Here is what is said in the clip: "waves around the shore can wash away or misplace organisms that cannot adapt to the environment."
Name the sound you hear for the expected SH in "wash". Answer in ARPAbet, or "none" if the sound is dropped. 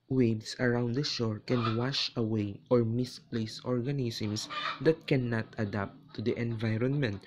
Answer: SH